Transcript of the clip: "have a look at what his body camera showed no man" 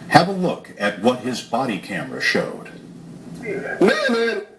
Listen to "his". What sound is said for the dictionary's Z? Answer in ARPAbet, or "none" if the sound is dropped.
Z